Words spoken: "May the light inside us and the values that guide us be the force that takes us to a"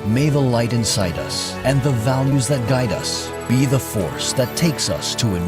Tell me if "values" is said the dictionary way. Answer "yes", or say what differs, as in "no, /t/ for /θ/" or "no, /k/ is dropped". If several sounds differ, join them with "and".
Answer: yes